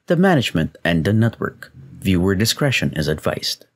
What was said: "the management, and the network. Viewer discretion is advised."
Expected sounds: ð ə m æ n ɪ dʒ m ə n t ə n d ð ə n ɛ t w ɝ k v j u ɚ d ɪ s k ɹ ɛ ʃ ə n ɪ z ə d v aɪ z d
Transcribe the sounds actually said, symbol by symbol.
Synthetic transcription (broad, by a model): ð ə m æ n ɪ dʒ m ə n t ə n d ð ə n ɛ t w ɝ k v j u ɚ d ɪ s k ɹ ɛ ʃ ə n ɪ z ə d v aɪ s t